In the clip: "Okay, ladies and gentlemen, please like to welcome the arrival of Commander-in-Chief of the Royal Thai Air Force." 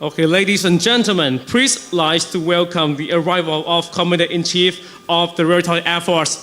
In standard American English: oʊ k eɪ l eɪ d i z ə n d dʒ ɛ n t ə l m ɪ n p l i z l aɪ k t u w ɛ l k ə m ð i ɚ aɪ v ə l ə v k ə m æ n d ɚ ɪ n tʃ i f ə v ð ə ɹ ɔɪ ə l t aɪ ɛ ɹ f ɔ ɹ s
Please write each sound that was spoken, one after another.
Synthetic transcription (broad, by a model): oʊ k eɪ l eɪ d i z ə n dʒ ɛ n t ə l m ɪ n p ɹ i s l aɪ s t u w ɛ l k ə m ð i ɚ aɪ v ə l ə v k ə m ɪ d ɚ ɪ n tʃ i f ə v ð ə ɹ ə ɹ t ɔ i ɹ f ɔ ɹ s